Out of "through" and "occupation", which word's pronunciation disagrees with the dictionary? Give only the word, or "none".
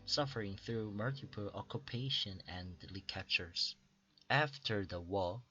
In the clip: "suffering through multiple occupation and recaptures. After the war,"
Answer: none